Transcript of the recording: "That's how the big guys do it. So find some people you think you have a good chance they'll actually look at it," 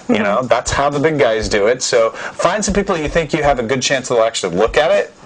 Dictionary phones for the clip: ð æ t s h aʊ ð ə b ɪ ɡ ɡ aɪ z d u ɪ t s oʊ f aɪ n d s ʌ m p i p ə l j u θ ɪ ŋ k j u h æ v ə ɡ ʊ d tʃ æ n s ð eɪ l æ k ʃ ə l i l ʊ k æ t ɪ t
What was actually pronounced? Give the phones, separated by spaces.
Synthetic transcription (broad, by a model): ð æ t s h aʊ ð ə b ɪ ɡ ɡ aɪ z d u ɪ t s oʊ f aɪ n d s ʌ m p i p l j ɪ θ ɪ ŋ k j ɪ v ə ɡ ʊ d tʃ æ n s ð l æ k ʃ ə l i l ʊ k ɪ t ɪ t